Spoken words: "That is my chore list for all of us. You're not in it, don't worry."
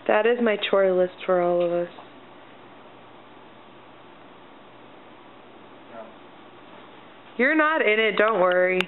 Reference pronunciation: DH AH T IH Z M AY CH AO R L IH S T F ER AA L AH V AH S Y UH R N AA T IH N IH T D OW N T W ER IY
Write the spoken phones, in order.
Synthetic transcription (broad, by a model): DH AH T IH Z M AY CH AO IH L IH S T F ER AA L AH V AH S Y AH R N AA T IH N IH T D OW N T W ER IY